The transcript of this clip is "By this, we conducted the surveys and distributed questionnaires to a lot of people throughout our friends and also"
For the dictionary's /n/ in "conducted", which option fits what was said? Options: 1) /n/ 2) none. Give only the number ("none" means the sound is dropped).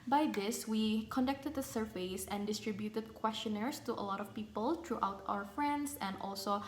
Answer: 1